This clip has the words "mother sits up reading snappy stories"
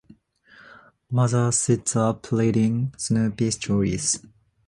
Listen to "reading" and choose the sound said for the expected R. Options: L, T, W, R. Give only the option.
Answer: L